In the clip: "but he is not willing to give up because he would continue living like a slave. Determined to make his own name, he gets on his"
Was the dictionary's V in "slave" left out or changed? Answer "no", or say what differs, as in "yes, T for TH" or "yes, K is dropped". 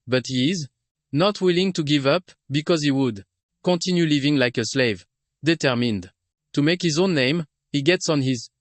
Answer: no